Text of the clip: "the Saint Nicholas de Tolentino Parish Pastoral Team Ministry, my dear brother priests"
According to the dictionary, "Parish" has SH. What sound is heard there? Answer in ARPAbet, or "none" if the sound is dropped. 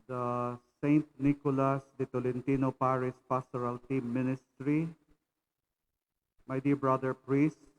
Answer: S